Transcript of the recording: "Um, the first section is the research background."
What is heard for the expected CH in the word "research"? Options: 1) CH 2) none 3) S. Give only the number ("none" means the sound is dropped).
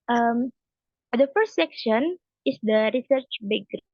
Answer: 1